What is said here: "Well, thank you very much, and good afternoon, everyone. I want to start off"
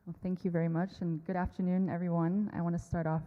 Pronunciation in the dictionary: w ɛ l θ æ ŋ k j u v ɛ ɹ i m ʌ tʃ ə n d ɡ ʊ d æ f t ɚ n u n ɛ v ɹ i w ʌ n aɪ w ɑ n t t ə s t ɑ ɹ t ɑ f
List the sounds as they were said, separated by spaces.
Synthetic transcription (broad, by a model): θ æ ŋ k j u v ɛ ɹ i m ʌ tʃ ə n ɡ ʊ d æ f t ɚ n u n ɛ v ɹ i w ʌ n aɪ w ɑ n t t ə s t ɑ ɹ t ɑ f